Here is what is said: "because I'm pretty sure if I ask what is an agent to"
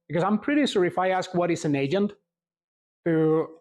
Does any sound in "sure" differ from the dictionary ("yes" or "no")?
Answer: yes